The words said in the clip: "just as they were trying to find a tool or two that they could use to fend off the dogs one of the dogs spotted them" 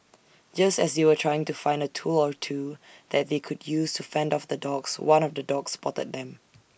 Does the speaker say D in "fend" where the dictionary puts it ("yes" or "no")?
yes